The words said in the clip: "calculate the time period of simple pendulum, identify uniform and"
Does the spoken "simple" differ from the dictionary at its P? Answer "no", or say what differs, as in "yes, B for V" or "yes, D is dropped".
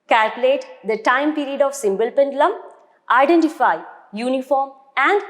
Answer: yes, B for P